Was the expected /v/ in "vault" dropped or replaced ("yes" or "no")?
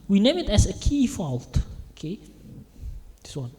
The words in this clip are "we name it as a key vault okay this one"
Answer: yes